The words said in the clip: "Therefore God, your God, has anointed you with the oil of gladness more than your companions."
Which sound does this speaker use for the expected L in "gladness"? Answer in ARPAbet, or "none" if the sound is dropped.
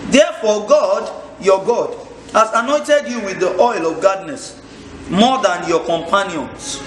none